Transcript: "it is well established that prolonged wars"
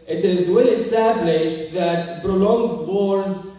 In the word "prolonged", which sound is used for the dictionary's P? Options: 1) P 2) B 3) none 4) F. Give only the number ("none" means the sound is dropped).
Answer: 2